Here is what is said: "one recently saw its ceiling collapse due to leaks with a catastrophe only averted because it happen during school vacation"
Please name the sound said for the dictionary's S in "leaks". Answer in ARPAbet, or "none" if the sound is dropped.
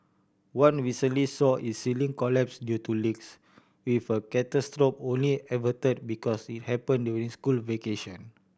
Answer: S